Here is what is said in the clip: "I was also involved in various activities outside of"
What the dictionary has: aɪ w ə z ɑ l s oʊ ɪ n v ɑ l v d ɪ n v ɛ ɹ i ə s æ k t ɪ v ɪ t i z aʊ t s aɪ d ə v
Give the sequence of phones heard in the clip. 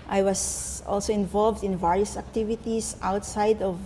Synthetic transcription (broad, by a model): aɪ w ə s ɑ l s oʊ ɪ n v ɑ l v d ɪ n v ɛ ɹ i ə s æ k t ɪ v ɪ t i s aʊ t s aɪ d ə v